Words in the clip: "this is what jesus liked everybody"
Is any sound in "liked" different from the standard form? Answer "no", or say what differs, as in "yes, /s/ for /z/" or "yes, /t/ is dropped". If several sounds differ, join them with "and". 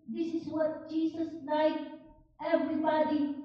yes, /t/ is dropped